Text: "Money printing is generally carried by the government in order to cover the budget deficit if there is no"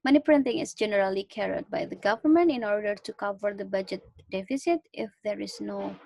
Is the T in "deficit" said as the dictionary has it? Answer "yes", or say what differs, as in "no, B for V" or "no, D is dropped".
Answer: yes